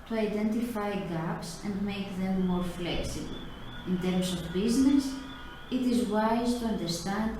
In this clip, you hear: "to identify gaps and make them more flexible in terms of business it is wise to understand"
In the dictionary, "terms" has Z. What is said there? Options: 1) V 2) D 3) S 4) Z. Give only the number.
3